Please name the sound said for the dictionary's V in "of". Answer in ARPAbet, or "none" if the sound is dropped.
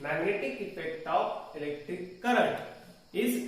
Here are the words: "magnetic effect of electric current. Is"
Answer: P